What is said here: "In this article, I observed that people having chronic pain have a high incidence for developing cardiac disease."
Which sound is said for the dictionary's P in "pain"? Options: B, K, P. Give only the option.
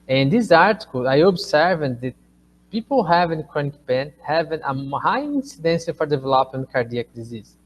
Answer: B